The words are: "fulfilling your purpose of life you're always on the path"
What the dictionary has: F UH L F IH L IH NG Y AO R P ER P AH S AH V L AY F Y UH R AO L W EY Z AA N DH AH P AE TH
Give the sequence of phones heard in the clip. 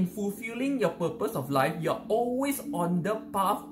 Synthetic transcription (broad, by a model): F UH L F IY L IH NG Y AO P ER P AH S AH F L AY F Y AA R AO L W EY S AA N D AH P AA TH